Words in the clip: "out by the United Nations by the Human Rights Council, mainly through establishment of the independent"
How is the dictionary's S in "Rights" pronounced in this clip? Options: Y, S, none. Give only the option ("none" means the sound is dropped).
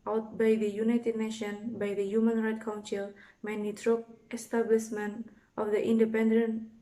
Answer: none